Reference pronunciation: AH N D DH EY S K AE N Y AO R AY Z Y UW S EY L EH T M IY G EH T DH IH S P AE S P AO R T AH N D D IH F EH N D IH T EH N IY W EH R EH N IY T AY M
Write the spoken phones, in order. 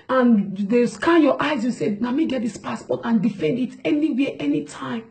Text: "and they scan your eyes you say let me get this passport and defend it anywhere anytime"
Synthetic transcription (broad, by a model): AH N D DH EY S K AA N Y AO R AY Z Y UW S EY N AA M IY G EH T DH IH S P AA S P AO T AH N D D IH F EH N D IH T EH N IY W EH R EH N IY T AY M